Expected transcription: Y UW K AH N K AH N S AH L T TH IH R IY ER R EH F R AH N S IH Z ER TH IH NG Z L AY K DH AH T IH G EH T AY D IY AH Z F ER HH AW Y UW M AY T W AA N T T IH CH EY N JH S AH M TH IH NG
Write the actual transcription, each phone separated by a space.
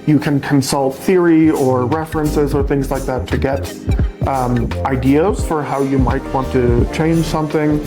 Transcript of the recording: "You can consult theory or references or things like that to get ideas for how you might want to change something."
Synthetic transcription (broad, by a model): Y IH K AH N K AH N S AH L T TH IH R IY ER R EH F R AH N S IH Z ER TH IH NG Z L AY K DH AH T IH G EH T AY D IY AH Z F ER HH AW Y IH M AY T W AA N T T IH CH EY N ZH S AH M TH IH NG